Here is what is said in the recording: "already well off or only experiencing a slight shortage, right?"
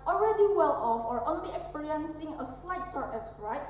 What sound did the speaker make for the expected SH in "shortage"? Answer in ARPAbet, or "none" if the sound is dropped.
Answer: S